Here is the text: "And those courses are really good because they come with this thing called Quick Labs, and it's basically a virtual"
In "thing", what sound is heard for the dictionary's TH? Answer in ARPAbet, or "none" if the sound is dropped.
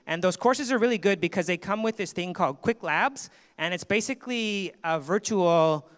TH